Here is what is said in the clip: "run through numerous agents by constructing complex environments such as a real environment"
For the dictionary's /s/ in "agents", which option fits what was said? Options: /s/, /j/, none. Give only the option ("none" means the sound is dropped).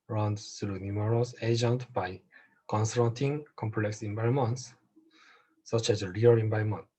none